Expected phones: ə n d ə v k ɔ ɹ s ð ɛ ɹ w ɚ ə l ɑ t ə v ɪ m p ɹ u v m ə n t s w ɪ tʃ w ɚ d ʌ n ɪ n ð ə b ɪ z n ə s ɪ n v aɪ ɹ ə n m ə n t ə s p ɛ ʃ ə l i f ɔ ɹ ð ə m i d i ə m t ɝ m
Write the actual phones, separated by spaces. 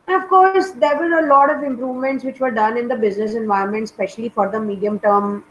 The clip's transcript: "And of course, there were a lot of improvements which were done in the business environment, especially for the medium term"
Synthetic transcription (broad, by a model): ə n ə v k ɔ ɹ s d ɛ ɹ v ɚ ə l ɑ t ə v ɪ m p ɹ u v m ə n t s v ɪ tʃ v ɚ d ʌ n ɪ n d ə b ɪ z n ə s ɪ n v aɪ ə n m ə n t s p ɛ ʃ ə l i f ɔ ɹ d ə m i d i ə m t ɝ m